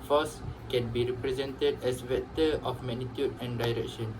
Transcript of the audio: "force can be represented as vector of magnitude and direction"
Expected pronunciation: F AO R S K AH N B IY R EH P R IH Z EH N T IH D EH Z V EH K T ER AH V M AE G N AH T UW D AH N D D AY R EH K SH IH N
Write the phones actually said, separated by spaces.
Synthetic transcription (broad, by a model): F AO S K AH N B IY R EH P R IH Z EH N T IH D EH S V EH T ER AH F M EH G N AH T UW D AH N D D AY R EH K SH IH N